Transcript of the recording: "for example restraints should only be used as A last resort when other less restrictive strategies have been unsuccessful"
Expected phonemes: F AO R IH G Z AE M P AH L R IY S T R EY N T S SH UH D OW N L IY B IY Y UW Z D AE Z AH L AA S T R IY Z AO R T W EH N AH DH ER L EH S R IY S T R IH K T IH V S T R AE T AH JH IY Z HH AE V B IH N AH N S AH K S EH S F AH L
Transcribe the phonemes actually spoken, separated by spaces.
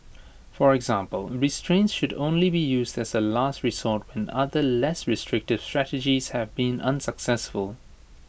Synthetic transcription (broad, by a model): F AO R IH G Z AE M P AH L R IY S T R EY N T S SH UH D OW N L IY B IY Y UW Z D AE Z AH L AA S T R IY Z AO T W EH N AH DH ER L EH S R IY S T R IH K T IH V S T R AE T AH JH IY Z HH AE V B IH N AH N S AH K S EH S F AH L